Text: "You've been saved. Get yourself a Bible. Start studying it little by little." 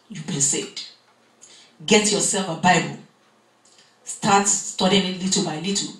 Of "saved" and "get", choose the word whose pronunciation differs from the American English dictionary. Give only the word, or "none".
saved